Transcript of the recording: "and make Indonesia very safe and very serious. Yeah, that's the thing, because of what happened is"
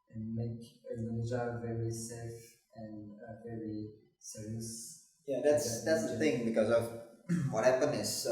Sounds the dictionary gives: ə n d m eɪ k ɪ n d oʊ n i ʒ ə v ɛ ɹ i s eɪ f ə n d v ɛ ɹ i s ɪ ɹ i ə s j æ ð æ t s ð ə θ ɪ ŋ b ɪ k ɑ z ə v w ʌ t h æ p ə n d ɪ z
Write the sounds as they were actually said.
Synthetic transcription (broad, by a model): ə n m eɪ k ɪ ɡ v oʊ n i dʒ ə v ɛ ɹ i s eɪ f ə n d v ɛ ɹ i s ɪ ɹ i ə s j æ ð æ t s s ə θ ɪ ŋ b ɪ k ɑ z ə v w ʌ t h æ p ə n ɪ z